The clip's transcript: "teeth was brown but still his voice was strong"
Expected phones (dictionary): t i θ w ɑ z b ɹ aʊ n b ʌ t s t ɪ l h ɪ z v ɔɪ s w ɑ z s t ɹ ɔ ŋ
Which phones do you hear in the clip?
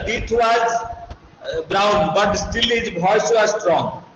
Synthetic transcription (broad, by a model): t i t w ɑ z b ɹ aʊ n b ʌ t s t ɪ l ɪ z b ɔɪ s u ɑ s t ɹ ɔ ŋ